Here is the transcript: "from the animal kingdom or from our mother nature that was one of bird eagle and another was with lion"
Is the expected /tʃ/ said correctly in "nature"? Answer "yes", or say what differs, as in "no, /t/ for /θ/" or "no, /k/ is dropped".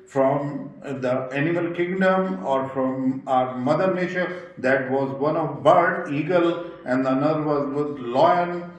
no, /ʃ/ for /tʃ/